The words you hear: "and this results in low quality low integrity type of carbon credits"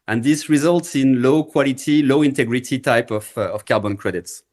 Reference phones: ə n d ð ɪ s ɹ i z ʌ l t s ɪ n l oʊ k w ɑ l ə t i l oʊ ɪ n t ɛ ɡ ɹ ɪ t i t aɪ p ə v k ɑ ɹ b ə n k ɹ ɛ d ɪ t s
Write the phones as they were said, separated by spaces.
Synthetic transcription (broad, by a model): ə n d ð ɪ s ɹ i z ʌ l t s ɪ n l oʊ k w ɑ l ə t i l oʊ ɪ n t ɛ ɡ ɹ ɪ t i t aɪ p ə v k ɑ ɹ b ə n k ɹ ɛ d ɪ t s